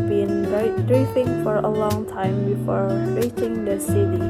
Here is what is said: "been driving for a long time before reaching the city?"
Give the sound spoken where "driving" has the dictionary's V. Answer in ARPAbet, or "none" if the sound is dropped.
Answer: F